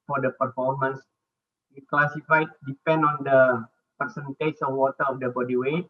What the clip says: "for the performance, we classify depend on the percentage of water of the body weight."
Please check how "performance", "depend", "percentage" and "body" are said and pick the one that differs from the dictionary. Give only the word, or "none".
percentage